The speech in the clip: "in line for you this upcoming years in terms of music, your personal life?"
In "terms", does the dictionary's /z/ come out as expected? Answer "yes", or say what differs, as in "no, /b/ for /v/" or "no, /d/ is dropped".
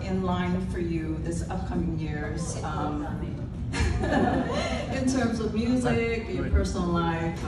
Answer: yes